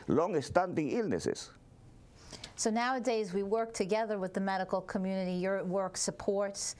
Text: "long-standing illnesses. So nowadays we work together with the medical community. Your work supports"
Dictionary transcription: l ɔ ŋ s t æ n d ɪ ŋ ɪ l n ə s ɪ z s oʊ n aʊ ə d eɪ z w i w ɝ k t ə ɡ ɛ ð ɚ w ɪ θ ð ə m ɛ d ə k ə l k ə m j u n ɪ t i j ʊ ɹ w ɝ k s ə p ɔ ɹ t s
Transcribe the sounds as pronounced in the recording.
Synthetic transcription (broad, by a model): l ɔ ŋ s t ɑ n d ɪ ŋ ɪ l n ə s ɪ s s oʊ n aʊ ə d eɪ z w i w ɝ k t ə ɡ ɛ ð ɚ w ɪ ð ə m ɛ d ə k l k ə m j u n ɪ t i j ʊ ɹ w ɝ k s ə p ɔ ɹ t s